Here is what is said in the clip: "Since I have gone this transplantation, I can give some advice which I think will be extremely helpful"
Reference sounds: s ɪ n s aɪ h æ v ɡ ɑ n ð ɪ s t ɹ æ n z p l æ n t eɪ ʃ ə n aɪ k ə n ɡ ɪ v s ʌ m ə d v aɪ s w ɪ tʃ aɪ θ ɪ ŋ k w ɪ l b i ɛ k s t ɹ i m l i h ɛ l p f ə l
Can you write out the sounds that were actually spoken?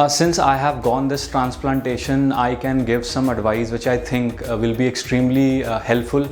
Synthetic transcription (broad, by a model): s ɪ n s aɪ h æ v ɡ ɑ n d ɪ s t ɹ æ n s p l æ n t eɪ ʃ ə n aɪ k ə n ɡ ɪ v s ʌ m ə d v aɪ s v ɪ tʃ aɪ t ɪ ŋ k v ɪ l b i ɛ k s t ɹ i m l i h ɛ l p f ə l